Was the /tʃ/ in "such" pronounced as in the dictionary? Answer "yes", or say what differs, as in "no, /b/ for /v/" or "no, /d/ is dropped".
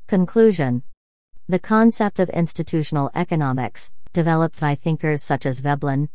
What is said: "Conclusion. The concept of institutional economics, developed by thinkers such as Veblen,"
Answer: yes